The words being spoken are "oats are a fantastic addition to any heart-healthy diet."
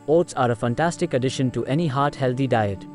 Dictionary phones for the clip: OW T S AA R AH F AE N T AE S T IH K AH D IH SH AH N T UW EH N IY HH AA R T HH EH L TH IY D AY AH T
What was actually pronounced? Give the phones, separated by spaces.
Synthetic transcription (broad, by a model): OW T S AA R AH F AE N T AE S T IH K AH D IH SH AH N T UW EH N IY HH AA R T HH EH L T IY D AY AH T